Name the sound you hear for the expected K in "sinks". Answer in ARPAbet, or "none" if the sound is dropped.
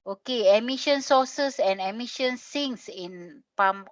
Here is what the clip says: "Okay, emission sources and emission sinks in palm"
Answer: none